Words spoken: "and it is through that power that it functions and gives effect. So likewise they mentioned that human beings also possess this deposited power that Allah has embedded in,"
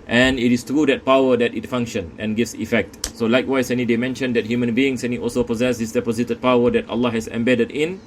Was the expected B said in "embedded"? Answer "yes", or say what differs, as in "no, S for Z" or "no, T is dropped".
yes